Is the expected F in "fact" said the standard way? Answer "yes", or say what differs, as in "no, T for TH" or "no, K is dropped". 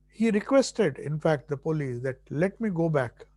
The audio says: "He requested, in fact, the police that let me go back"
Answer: yes